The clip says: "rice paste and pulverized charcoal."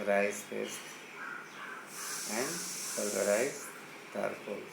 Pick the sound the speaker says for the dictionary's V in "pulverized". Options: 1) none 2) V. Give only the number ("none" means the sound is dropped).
1